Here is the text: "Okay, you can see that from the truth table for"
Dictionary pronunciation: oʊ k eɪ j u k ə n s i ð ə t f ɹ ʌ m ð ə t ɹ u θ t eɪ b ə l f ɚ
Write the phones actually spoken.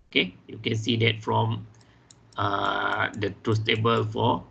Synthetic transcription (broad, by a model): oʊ k eɪ j u k ə n s i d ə t f ɹ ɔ m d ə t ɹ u s t eɪ b ə l f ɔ